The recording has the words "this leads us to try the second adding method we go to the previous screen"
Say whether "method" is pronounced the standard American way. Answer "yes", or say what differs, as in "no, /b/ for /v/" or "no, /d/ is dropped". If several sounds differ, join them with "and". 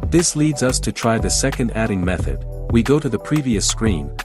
yes